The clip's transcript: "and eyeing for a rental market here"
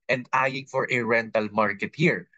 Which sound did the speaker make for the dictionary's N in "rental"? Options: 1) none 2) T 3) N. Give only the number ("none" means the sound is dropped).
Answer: 3